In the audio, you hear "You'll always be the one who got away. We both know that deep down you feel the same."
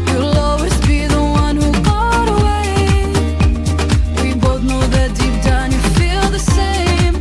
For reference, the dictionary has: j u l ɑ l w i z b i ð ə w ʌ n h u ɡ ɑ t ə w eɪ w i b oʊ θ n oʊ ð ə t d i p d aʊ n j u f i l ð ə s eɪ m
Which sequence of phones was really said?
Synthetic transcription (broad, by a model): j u l ɑ l w i z b i ð ə w ʌ n h u ɡ ɑ t ə w eɪ w i b oʊ θ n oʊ ð ə t d i p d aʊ n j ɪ f i l ð ə s eɪ m